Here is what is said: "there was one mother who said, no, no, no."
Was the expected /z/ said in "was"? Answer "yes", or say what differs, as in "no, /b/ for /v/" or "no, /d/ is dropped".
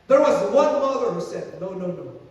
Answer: yes